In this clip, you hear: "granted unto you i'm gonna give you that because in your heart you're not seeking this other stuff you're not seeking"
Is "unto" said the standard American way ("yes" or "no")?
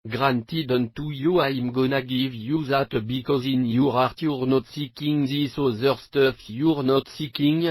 yes